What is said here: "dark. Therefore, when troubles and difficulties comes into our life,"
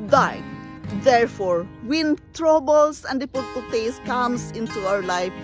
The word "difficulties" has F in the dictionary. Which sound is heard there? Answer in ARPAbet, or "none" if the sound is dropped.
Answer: P